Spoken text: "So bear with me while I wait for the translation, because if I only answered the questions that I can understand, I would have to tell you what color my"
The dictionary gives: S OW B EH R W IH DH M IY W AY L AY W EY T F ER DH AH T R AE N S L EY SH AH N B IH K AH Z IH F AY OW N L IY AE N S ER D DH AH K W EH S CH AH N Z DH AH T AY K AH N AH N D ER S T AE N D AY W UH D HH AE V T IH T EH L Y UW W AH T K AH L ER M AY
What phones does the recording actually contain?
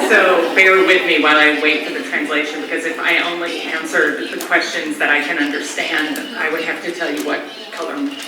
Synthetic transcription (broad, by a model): S OW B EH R W IH DH M IY W AY L AY W EY T F ER DH AH T R AE N S L EY SH AH N B IH K AH Z IH F AY OW N L IY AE N S ER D DH AH K W EH S CH AH N Z DH AH T AY K AH N AH N D ER S T AE N D AY W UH D HH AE F T IH T EH L Y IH W AH T K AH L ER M